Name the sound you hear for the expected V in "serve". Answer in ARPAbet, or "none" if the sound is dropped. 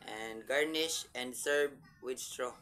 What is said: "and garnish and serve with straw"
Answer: B